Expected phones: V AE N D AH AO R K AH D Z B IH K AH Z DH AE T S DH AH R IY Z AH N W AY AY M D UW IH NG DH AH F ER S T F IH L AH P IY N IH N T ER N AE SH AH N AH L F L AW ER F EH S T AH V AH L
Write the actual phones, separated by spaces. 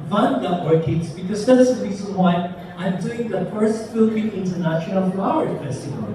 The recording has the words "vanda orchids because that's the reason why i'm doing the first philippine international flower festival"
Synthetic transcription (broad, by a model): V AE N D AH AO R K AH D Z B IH K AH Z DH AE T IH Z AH R IY Z AH N W AY AY M D UW IH NG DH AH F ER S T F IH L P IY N IH N T ER N AE SH AH N AH L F AW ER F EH S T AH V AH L